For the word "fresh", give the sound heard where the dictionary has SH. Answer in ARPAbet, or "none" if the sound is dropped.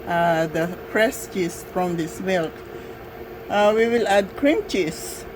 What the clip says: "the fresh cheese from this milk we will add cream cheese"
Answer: S